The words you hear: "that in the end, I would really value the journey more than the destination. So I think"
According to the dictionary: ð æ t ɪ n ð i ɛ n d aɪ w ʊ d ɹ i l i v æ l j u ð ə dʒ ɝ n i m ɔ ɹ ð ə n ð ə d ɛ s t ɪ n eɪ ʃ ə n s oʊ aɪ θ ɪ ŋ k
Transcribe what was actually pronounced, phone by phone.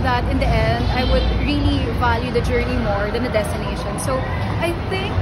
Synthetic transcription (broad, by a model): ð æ t ɪ n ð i ɛ n d aɪ w ʊ d ɹ i l i v æ l j u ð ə dʒ ɝ n i m ɔ ɹ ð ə n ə d ɛ s t ɪ n eɪ ʃ ə n s oʊ aɪ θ ɪ ŋ k